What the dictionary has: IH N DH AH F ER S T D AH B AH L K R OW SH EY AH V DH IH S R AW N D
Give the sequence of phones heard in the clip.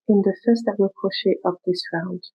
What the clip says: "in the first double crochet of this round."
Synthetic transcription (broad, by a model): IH N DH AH F ER S T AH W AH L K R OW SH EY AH P DH IH S R AW N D